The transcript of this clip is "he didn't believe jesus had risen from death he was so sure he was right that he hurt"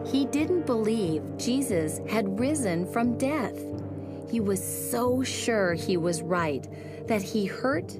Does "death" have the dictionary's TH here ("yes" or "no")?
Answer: yes